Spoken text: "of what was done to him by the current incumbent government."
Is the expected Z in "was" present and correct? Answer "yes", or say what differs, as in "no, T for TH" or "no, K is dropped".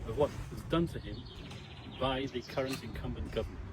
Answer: yes